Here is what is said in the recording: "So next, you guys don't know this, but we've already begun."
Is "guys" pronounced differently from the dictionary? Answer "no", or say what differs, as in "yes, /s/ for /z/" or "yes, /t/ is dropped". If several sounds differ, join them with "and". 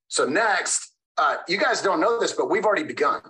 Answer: no